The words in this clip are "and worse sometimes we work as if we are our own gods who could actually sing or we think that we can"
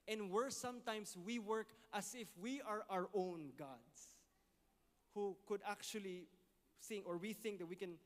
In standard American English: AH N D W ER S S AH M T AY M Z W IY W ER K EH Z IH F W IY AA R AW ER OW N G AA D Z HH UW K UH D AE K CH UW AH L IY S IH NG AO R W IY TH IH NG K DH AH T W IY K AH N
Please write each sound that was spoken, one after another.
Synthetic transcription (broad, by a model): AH N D W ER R S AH M T AY M S W IY W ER K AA S IH F W IY AA R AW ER OW N G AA D S HH UW K UH D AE K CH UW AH L IY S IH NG AO R W IY TH IH NG K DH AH T W IY K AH N